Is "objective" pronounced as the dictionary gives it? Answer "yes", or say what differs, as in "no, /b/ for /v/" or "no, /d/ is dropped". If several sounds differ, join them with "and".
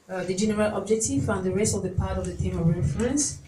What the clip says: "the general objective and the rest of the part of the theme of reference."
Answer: no, /f/ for /v/